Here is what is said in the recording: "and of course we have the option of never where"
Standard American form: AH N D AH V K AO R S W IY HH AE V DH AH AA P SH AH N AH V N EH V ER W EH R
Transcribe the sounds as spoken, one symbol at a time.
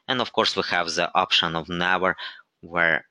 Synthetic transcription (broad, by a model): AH N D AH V K AO R S W IY HH AE V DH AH AA P SH AH N AH V N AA W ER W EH R